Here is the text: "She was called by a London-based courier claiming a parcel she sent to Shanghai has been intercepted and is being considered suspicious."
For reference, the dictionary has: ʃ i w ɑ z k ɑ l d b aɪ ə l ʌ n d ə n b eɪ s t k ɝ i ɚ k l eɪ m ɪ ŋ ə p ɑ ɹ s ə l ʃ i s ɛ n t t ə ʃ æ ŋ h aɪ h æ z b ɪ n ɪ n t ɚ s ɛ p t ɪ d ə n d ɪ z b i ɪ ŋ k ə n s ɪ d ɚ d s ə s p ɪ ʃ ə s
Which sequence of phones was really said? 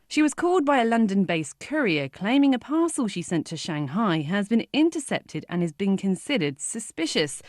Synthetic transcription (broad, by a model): ʃ i w ɑ z k ɑ l d b aɪ ə l ʌ n d ə n b eɪ s k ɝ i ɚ k l eɪ m ɪ ŋ ə p ɑ s ə l ʃ i s ɛ n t t ə ʃ æ ŋ h aɪ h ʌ z b ɪ n ɪ n t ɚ s ɛ p t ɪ d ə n ɪ z b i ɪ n k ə n s ɪ d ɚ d s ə s p ɪ ʃ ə s